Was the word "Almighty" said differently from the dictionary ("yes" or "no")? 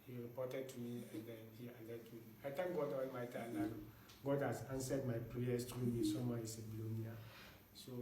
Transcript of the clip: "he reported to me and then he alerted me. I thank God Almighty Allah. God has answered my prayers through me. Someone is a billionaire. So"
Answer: yes